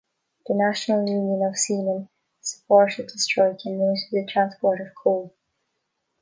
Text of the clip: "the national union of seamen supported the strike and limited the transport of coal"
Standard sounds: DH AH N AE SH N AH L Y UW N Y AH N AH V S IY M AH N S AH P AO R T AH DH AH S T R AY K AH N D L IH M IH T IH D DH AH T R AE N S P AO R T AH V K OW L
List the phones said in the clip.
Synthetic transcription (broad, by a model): DH AH N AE SH N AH L Y UW N Y AH N AH V S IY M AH N S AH P AO R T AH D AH S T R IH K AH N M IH S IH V DH AH T R AE N S P AO R T AH V K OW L